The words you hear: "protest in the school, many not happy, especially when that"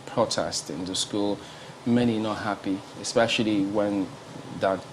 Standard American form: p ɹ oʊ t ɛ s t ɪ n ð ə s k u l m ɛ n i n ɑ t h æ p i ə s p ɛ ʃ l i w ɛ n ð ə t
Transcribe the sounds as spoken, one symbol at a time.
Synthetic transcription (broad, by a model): p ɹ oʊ t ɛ s t ɪ n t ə s k u l m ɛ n i n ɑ t h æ p i ə s p ɛ ʃ l i w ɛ n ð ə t